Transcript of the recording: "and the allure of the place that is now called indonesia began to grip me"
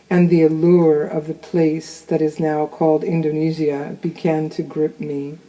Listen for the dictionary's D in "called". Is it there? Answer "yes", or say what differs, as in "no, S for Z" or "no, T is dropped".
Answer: yes